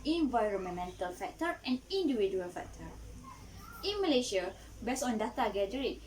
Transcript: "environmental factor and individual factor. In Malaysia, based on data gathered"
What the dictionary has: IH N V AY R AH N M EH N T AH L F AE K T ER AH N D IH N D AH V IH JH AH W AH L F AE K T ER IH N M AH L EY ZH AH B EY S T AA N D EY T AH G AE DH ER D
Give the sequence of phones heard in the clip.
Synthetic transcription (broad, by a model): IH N V AY R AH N M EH N T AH L F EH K T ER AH N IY N D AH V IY JH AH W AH L F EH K T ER IH N M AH L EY SH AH B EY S AA N D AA T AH G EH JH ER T